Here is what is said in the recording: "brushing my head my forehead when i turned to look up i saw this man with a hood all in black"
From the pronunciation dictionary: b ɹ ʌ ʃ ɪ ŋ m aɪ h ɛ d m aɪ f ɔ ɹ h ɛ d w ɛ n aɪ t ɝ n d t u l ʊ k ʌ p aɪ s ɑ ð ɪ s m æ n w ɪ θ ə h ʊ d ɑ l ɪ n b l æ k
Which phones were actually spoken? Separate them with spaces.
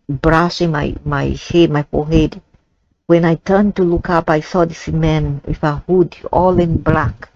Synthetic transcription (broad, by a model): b ɹ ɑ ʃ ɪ ŋ m aɪ h ɛ d m aɪ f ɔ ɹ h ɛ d w ɛ n aɪ t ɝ n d t u l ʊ k ʌ p aɪ s ɑ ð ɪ s m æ n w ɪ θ ə h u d ɑ l ɪ n b l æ k